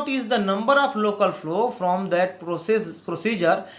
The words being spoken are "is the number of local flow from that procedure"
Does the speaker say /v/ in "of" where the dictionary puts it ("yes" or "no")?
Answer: no